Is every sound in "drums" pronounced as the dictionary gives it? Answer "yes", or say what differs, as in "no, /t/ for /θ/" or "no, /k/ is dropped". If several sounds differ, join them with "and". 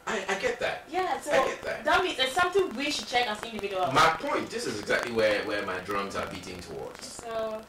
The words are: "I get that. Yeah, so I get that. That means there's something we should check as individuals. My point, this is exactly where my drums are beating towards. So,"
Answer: yes